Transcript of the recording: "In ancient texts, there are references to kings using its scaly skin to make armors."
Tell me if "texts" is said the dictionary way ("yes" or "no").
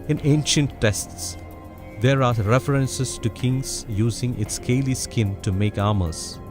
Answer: no